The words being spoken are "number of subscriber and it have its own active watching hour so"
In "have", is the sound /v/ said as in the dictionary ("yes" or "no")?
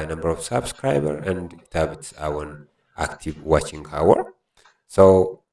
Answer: no